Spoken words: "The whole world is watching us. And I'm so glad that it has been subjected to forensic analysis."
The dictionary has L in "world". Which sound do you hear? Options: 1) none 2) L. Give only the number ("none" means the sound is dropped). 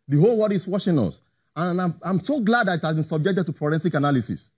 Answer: 1